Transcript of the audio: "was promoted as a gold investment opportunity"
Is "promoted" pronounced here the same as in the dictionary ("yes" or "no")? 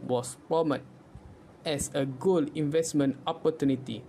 no